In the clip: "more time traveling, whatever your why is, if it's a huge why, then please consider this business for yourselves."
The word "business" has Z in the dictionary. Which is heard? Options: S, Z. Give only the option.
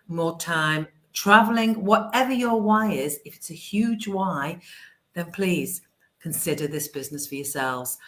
Z